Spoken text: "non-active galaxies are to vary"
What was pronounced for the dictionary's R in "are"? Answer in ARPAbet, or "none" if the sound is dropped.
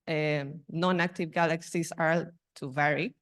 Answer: L